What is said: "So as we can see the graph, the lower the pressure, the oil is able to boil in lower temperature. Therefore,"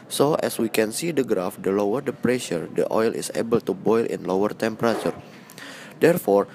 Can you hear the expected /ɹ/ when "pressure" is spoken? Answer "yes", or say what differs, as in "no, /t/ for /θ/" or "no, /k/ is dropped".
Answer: yes